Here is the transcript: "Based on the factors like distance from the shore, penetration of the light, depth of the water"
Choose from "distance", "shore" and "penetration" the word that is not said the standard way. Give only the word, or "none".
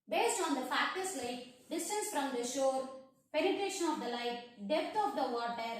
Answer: none